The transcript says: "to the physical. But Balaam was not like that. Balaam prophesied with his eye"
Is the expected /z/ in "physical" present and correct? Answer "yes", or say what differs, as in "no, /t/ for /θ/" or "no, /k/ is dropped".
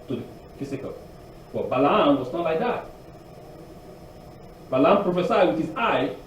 no, /s/ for /z/